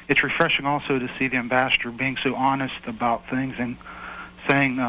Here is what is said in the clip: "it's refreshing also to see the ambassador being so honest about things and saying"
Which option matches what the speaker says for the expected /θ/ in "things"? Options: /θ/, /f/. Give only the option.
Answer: /θ/